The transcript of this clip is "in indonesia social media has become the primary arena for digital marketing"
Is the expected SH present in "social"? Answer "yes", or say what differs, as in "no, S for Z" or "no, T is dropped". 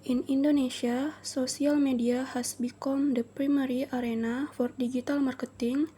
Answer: no, S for SH